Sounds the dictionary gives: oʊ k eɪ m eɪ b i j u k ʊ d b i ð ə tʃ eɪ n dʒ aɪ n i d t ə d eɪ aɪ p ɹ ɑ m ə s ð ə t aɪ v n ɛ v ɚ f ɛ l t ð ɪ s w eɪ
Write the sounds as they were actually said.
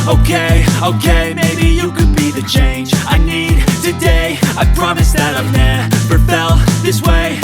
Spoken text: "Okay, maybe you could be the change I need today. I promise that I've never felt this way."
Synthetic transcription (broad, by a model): oʊ k eɪ m eɪ b i j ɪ k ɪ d b i ð ə tʃ eɪ n dʒ aɪ n i d t ə d eɪ aɪ p ɹ ɑ m ə s ð ə t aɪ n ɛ p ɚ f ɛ l ð ɪ s w eɪ